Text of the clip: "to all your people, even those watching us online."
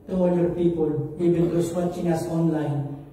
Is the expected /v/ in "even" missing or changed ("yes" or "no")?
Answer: yes